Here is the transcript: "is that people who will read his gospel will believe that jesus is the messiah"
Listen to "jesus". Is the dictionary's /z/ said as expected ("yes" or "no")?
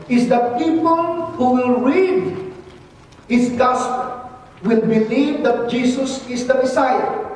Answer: no